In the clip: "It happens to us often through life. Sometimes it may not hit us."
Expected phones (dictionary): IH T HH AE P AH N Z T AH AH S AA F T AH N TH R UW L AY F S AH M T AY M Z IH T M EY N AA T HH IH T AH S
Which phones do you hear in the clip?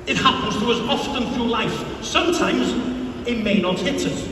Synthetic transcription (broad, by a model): IH T HH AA P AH N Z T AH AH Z AA F T AH N TH R UW L AY F S AH M T AY M Z IH T M EY N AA T HH IH T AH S